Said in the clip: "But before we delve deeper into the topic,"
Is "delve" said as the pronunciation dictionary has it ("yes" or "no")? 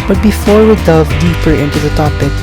no